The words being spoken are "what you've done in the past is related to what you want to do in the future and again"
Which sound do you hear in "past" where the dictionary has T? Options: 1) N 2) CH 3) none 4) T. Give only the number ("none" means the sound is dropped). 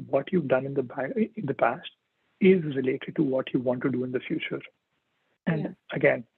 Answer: 4